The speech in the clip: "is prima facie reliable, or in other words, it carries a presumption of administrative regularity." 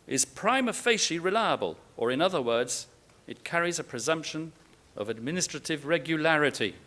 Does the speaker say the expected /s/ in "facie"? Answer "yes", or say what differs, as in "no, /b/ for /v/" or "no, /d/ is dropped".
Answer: no, /ʃ/ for /s/